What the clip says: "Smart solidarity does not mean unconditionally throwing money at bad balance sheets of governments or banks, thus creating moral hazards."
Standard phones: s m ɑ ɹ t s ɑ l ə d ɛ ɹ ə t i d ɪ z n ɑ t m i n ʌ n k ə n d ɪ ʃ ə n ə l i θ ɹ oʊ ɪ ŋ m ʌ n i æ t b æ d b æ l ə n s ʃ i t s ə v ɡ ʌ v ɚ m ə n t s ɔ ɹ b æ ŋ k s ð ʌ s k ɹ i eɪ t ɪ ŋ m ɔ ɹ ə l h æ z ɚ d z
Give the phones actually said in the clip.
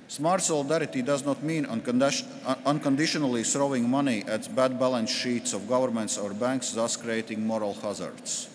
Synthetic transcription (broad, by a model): s m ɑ ɹ t s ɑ l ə d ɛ ɹ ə t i d ɪ z n ɑ t m i n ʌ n k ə n d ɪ ʃ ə n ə l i t ɹ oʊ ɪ ŋ m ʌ n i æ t b æ d b æ l ə n s ʃ i t s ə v ɡ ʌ v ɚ m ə n t s ɔ ɹ b æ ŋ k s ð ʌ s k ɹ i eɪ t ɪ ŋ m ɔ ɹ ə l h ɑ z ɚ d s